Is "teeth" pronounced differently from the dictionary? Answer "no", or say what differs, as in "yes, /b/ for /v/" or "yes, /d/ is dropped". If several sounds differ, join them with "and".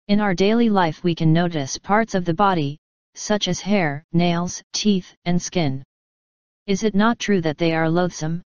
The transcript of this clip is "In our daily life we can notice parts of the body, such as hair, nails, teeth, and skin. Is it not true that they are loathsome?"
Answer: no